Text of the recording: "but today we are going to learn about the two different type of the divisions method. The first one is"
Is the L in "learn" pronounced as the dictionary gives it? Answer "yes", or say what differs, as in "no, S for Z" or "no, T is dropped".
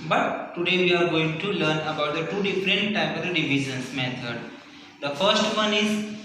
yes